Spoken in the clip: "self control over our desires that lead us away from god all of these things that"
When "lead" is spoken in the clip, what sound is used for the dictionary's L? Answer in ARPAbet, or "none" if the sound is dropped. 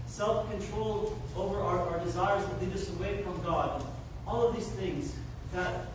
W